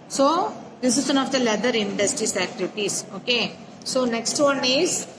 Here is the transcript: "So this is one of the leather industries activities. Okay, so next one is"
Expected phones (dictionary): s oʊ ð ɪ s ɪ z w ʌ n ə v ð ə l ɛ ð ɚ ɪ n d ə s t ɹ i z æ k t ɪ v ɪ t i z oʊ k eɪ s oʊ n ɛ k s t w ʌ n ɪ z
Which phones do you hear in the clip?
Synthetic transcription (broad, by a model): s oʊ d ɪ s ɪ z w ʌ n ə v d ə l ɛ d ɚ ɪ n d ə s t ɹ i s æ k t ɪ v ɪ t i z oʊ k eɪ s oʊ n ɛ k s t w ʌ n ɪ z